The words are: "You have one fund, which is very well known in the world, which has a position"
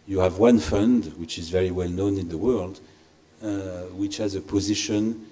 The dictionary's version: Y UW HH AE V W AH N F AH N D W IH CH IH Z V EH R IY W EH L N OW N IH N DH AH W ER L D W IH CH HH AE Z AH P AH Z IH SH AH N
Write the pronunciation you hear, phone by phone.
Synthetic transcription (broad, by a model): Y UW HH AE V W AH N F AH N D W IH CH IH Z V EH R IY W EH L N OW N IH N DH AH W ER L D W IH CH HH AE Z AH P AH Z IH SH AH N